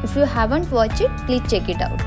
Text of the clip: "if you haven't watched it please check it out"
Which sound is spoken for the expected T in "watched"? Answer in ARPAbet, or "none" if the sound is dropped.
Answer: none